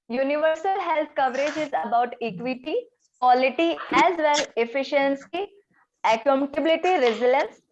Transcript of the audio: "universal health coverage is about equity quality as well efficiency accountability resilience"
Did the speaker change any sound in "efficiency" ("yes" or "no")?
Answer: no